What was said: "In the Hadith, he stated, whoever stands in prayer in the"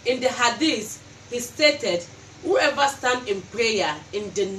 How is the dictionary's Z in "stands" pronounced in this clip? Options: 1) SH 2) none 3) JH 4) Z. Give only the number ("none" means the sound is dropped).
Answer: 2